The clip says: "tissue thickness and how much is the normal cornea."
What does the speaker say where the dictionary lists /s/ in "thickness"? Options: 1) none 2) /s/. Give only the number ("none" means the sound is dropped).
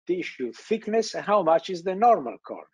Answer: 2